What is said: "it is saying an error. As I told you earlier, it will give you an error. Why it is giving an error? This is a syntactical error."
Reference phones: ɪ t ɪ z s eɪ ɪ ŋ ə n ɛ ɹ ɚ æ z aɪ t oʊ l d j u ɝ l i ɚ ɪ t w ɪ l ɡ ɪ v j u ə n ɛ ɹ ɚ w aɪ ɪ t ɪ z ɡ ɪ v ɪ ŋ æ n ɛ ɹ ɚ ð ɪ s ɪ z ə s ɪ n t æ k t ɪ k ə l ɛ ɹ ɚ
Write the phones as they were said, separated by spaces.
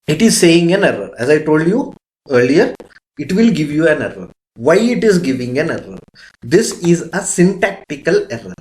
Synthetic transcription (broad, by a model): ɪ t ɪ z s eɪ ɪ ŋ ə n ɛ ɹ ɚ æ z aɪ t oʊ l d j u ɝ l i ɚ ɪ t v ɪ l ɡ ɪ v j u ə n ɛ ɹ ɚ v aɪ ɪ t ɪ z ɡ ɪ v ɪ ŋ æ n ɛ ɹ ɚ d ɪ s ɪ z ə s ɪ n t æ k t ɪ k ə l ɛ ɹ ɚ